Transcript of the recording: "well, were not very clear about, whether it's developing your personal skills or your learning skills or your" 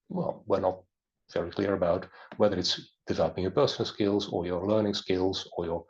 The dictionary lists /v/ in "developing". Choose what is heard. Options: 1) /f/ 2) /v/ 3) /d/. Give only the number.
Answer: 2